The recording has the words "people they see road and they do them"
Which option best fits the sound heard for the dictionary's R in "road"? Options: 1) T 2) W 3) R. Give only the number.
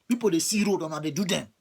3